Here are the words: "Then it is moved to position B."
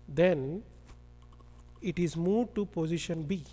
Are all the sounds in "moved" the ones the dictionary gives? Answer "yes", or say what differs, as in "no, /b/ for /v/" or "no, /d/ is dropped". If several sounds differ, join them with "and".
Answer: no, /v/ is dropped